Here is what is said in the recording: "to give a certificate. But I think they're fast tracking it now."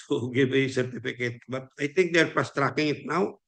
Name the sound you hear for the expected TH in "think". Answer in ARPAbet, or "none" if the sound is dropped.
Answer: T